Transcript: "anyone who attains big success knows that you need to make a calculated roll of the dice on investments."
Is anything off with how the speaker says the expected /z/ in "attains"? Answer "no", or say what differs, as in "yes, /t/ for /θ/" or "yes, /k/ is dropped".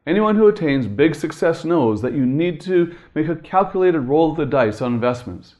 no